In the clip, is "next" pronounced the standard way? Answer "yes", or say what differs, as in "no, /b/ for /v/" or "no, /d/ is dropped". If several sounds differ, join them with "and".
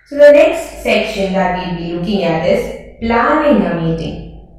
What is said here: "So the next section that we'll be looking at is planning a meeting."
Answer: yes